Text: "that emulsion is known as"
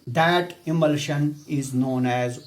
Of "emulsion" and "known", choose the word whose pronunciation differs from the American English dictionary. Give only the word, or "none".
none